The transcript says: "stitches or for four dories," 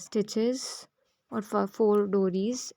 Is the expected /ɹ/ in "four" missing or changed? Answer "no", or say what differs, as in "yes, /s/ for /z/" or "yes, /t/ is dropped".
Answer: yes, /l/ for /ɹ/